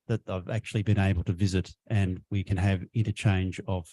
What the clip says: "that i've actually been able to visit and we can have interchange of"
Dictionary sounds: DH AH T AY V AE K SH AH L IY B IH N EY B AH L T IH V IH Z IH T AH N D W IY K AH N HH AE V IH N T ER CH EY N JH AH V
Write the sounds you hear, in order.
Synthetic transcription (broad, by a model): DH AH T AY V AE K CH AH L IY B IH N EY B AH L T IH V IH Z IH T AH N W IY K AH N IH V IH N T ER CH EY N JH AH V